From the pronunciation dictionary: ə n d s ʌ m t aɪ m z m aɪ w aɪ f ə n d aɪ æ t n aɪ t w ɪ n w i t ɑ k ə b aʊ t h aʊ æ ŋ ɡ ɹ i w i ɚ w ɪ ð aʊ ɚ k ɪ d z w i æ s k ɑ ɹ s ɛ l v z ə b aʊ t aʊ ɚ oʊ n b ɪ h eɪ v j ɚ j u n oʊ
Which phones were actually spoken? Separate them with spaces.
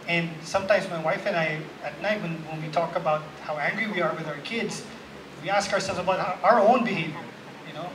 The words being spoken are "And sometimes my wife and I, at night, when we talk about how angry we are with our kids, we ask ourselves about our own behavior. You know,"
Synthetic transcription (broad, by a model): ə n s ʌ m t aɪ m z m aɪ w aɪ f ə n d aɪ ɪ t n aɪ t w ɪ n w i t ɑ k ə b aʊ t h aʊ æ ŋ ɡ ɹ i w i ɚ w ɪ ð aʊ ɚ k ɪ d z w i æ s k ɑ ɹ s ɛ l v z ə b aʊ t aʊ ɚ oʊ n b ɪ h eɪ v j ɚ j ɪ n oʊ